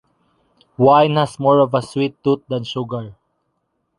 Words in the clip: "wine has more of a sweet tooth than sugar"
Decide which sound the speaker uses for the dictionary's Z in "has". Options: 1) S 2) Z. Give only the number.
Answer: 1